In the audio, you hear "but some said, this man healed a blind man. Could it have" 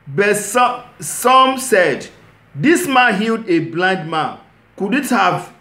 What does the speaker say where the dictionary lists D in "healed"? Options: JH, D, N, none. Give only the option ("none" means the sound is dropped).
D